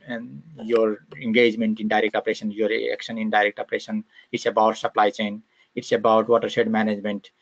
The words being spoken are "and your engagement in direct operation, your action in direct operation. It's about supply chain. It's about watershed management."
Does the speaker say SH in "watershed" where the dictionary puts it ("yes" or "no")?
no